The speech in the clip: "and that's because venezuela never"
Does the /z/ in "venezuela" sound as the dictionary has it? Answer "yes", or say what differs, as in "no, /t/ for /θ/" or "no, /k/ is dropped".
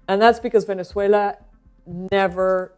no, /s/ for /z/